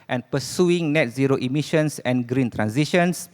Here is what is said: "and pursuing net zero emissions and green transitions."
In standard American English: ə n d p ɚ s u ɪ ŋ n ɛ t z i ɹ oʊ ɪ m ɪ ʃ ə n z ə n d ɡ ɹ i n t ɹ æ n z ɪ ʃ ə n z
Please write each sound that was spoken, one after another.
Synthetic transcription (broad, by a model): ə n p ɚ s u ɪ ŋ n ɛ t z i ɹ oʊ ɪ m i ʃ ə n s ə n ɡ ɹ i n t ɹ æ n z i ʃ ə n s